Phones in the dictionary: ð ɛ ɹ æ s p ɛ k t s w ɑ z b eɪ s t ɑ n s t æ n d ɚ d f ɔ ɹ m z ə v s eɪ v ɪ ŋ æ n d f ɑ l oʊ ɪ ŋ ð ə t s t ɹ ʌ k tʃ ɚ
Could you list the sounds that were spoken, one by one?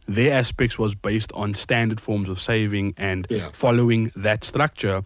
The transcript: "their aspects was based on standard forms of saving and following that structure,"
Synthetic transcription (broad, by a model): ð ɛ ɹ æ s p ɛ k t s w ɑ z b eɪ s t n s t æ n d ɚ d f ɔ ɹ m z ə v s eɪ v ɪ ŋ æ n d f ɑ l oʊ ɪ ŋ ð ə t s t ɹ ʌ k tʃ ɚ